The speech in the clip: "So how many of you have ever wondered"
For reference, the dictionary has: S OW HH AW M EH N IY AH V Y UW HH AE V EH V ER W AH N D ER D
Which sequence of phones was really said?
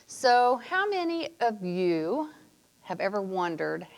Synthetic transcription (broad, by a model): S OW HH AW M EH N IY AH V Y UW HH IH V EH V ER W AH N D ER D